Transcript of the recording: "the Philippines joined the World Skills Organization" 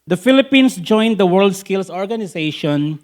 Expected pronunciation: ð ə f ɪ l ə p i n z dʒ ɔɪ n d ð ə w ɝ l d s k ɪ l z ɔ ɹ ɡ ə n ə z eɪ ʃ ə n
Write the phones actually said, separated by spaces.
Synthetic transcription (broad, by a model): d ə f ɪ l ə p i n s dʒ ɔɪ n d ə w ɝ l d s k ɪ l s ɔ ɹ ɡ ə n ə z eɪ ʃ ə n